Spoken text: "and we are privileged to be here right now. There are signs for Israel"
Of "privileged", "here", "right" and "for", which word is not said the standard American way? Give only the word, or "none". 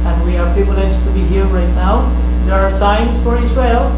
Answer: privileged